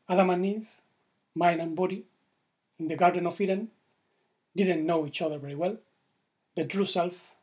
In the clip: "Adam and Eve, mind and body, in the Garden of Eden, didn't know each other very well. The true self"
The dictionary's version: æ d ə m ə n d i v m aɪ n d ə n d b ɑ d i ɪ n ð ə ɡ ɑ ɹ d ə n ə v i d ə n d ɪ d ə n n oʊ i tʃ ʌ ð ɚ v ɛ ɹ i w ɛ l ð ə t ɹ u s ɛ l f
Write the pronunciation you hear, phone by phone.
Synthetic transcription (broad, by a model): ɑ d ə m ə n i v m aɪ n ə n b ɑ d i ɪ n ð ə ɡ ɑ ɹ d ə n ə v i d ə n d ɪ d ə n n oʊ i tʃ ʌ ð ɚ v ɛ ɹ i w ɛ l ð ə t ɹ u s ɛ l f